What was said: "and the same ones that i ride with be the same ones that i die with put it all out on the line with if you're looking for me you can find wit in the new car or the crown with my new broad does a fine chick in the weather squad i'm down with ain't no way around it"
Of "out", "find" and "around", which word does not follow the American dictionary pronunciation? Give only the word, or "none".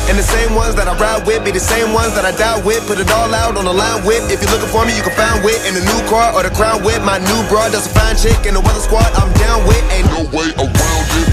around